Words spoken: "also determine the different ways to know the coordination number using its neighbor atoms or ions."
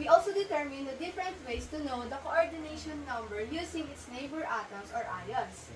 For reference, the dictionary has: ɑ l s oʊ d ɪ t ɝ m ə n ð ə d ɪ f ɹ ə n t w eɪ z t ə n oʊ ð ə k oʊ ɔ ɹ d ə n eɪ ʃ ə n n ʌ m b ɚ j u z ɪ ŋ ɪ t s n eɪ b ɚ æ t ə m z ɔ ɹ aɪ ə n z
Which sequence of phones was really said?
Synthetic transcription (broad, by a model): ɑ l s oʊ d ɪ t ɝ m ə n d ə d ɪ f ɹ ə n t w eɪ s t ə n oʊ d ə k oʊ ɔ ɹ d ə n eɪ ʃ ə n n ʌ m b ɚ j u s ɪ ŋ ɪ t s n eɪ b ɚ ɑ t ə m s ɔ ɹ aɪ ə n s